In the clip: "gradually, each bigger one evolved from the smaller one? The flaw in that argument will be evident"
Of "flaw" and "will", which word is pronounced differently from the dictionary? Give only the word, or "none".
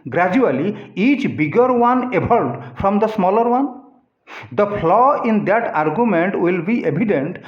flaw